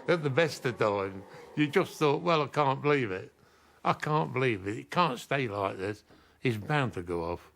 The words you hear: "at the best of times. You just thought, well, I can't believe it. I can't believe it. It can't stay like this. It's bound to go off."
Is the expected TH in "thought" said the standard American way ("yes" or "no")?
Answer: yes